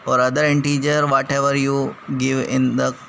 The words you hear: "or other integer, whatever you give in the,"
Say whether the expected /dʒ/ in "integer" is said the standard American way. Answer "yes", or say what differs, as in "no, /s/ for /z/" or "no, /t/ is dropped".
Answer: yes